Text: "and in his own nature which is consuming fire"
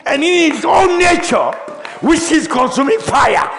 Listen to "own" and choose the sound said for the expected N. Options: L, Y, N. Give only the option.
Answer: L